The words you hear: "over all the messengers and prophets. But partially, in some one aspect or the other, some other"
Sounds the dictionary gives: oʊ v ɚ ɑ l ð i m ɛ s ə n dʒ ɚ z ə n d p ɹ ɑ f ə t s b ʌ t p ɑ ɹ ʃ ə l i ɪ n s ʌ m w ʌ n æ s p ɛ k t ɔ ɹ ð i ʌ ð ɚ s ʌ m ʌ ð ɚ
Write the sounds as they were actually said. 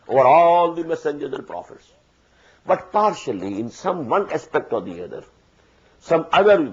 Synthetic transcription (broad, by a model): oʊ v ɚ ɑ l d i m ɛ s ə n dʒ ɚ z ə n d p ɹ ɑ f ə t s b ʌ t p ɑ ɹ ʃ ə l i ɪ n s ʌ m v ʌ n æ s p ɛ k t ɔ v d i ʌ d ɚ s ʌ m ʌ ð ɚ